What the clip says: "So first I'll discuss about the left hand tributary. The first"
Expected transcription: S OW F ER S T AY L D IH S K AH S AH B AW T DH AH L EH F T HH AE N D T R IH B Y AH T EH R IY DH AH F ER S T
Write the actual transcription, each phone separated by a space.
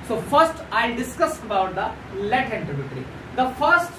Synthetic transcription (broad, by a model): S OW F ER S T AY D IH S K AH S AH B AW T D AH L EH T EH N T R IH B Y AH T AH R IY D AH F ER S T